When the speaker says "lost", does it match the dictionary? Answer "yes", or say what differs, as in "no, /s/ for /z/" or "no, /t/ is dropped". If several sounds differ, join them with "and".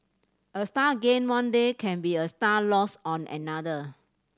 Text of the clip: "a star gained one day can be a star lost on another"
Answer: no, /t/ is dropped